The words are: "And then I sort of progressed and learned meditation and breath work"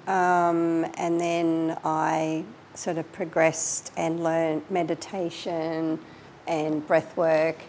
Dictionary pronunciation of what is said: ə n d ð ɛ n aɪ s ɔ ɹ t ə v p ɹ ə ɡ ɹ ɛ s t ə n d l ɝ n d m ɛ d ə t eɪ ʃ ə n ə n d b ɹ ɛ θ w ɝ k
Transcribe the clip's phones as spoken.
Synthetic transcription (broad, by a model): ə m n ð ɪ n aɪ s ɔ ɹ t ə v p ɹ ə ɡ ɹ ɛ s t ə n l ɝ n m ɛ d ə t eɪ ʃ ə n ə n b ɹ ɛ θ w ɝ k